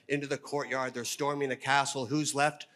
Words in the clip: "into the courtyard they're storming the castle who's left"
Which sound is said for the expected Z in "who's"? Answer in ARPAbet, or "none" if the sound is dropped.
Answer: Z